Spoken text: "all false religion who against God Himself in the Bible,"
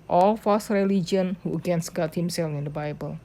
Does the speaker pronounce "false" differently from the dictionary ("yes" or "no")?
yes